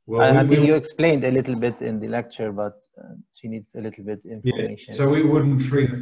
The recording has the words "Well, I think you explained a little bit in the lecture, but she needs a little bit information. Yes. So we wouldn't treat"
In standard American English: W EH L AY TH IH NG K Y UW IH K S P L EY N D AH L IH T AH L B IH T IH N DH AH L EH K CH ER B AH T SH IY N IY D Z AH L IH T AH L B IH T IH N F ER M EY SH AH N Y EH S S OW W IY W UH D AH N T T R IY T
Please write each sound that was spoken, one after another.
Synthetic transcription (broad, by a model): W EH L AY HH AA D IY Y UW IH K S P L EY N D AH L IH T L B IH T IH N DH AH L EH K CH ER B AH T SH IY N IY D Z AH L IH T L B IH T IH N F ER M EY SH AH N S S OW W IY W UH D N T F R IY